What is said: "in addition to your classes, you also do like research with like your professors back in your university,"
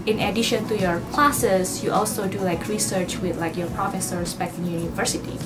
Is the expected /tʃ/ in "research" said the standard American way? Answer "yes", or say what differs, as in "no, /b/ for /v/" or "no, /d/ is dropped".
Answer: yes